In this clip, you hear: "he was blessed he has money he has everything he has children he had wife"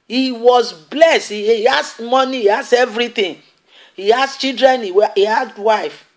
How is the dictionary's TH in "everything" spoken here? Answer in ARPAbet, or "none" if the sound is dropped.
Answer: T